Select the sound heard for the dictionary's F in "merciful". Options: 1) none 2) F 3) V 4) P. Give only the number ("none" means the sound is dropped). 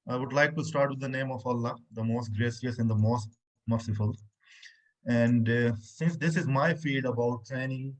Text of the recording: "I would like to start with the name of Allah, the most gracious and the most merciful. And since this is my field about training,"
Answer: 2